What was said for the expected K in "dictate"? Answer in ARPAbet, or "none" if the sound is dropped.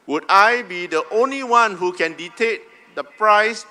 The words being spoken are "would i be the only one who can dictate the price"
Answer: none